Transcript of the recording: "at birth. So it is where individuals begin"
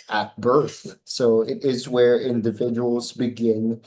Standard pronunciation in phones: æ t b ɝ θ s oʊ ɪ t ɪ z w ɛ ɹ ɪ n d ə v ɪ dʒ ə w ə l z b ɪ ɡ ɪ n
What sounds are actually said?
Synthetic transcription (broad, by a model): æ t b ɝ θ s oʊ ɪ t ɪ z w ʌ ɹ ɪ n d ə v ɪ dʒ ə w l z b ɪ ɡ ɪ n